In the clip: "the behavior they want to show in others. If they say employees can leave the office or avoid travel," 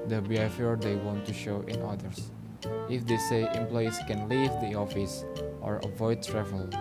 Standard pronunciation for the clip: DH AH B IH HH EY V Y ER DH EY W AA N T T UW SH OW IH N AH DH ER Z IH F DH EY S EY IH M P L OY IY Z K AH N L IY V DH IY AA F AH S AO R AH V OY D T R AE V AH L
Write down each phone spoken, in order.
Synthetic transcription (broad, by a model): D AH B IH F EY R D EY W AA N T T UW SH OW IH N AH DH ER S IH F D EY S EY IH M P L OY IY S K AH N L IY V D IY AA F AH S AO R AH V OY D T R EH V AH L